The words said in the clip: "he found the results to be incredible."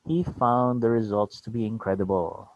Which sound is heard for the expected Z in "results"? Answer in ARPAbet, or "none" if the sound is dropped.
Z